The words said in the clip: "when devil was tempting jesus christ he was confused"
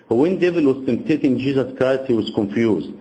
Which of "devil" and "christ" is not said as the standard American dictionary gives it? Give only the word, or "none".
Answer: none